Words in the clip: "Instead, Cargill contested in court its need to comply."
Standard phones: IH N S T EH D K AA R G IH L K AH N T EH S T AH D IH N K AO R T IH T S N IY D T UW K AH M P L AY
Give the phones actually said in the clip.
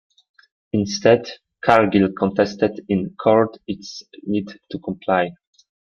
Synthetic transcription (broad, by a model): IH N S T EH D K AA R G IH L K AH N T EH S T AH D IH N K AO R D IH T S N IY D T UW K AH M P L AY